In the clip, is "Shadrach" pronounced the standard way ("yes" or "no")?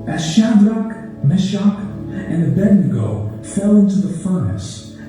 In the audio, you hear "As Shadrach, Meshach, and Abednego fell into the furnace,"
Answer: yes